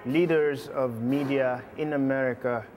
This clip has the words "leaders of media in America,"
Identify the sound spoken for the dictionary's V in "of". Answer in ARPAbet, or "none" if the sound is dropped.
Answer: V